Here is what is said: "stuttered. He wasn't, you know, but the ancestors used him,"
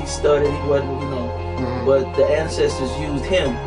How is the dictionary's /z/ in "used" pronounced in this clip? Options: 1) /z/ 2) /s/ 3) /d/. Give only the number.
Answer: 1